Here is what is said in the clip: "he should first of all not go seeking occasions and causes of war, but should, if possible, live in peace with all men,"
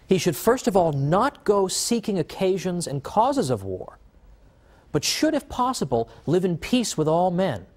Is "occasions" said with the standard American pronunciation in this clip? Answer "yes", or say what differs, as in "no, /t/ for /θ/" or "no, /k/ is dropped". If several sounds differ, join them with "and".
yes